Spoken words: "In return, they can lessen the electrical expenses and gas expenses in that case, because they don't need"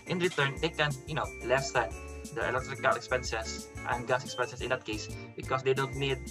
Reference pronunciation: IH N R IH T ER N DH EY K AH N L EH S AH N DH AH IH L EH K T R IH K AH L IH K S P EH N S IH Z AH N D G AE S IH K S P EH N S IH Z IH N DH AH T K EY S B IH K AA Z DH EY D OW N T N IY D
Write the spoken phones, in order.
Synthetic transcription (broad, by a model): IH N R IH T ER N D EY K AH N L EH S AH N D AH IH L EH K T R IH K AH L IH K S P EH N S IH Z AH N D G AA S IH K S P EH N S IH S IH N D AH T K EY S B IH K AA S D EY D OW N T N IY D